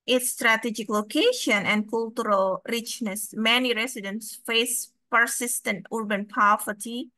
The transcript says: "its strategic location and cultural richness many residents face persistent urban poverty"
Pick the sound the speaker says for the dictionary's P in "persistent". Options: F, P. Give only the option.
P